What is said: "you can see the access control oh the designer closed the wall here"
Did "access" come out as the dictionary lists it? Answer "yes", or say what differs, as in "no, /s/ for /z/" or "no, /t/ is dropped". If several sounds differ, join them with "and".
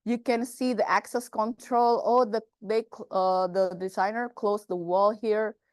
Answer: yes